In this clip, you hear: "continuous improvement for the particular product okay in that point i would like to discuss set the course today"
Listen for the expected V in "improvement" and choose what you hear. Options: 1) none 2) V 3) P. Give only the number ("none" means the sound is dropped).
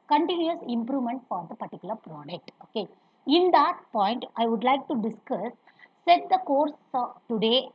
2